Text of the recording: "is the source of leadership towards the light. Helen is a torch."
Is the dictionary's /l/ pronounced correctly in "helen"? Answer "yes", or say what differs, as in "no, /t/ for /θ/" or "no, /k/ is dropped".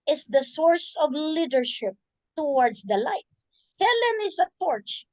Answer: yes